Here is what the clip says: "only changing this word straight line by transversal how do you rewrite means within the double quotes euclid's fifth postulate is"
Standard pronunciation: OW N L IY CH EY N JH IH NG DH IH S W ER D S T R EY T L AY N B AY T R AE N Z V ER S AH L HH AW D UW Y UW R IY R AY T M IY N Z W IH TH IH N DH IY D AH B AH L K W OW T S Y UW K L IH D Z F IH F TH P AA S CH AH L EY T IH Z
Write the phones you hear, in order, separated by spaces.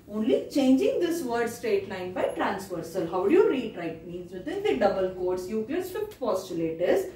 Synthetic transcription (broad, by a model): OW N L IY CH EY N JH IH NG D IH S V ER D S T R EY T L AY N B AY T R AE N S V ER S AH L HH AW D UW Y UW R IY R AY T M IY N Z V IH T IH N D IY D AH B AH L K OW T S Y UW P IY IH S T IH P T P AA S CH AH L EY T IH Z